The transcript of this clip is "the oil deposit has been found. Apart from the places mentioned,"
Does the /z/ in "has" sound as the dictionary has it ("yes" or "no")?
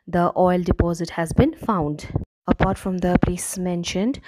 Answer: yes